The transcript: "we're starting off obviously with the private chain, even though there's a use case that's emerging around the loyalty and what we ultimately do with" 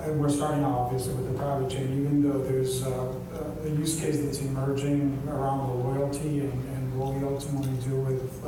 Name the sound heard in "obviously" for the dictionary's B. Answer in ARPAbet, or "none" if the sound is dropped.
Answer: none